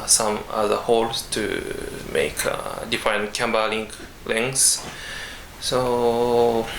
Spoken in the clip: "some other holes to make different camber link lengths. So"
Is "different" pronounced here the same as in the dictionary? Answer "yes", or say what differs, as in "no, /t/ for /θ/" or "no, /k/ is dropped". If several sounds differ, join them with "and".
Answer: no, /ɹ/ is dropped